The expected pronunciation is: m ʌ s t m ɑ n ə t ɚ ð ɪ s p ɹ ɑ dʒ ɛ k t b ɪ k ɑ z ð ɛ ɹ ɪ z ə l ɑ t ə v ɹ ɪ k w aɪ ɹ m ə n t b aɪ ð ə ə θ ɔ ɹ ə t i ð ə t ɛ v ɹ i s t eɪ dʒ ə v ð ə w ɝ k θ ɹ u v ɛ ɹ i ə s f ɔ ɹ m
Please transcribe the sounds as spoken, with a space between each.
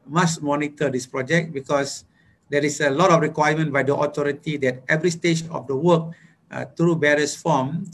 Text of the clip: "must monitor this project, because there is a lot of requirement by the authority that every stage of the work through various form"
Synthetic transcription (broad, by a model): m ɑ s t m ɑ n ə t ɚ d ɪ s p ɹ ɑ dʒ ɛ k t b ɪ k ɑ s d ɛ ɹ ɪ s ə l ɑ t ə f ɹ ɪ k w aɪ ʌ m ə n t b aɪ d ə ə t ɔ ɹ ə t i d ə t ɛ v ɹ i s t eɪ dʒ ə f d ə w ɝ k t ɹ u b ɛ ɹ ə s f ɔ m